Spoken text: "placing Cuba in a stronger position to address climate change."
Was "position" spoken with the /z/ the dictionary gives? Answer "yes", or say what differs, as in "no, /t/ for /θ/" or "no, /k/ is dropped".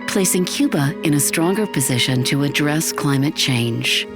yes